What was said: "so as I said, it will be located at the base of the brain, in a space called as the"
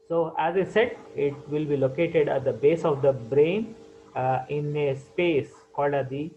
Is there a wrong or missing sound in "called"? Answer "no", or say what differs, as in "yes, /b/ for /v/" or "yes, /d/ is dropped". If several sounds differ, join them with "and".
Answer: no